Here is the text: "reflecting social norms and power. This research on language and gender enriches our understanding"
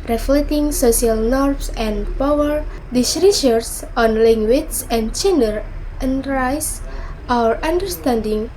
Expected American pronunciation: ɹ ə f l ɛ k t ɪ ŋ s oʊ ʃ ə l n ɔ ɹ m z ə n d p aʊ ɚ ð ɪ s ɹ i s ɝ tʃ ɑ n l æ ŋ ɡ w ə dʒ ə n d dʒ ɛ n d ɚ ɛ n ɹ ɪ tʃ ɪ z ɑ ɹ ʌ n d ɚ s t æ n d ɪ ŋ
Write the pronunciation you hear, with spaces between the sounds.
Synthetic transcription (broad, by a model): ɹ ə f l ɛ t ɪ ŋ s oʊ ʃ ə l n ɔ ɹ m s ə n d p aʊ ɚ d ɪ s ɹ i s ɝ s ɑ n l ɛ ŋ ɡ w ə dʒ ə n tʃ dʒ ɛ n d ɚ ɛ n ɹ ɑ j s ɑ ɹ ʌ n d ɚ s t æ n d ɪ ŋ